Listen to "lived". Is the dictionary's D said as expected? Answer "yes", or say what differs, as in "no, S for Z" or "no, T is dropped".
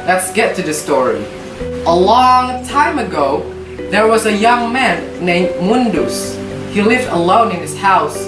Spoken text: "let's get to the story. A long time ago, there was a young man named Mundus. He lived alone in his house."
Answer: yes